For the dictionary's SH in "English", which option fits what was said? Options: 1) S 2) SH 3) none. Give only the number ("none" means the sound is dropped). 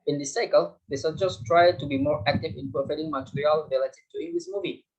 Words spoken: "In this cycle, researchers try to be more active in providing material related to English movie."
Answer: 1